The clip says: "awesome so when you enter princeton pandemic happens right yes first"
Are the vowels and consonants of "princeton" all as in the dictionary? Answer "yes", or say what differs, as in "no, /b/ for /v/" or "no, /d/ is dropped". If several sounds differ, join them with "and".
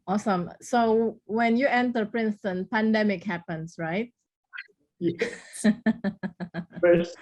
yes